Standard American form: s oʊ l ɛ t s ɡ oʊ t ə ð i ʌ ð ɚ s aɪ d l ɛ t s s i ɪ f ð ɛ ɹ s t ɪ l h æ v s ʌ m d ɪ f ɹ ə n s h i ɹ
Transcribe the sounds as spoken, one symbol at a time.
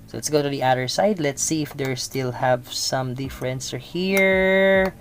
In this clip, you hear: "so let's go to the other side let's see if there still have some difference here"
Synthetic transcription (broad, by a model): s oʊ l ɛ t s ɡ oʊ t ə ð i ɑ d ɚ s aɪ d l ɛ t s s i ɪ f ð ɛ ɹ s t ɪ l h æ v s ʌ m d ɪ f ɹ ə n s h i ɹ